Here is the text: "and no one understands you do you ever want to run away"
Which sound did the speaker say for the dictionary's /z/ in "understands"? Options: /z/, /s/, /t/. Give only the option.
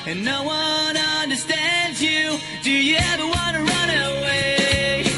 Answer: /z/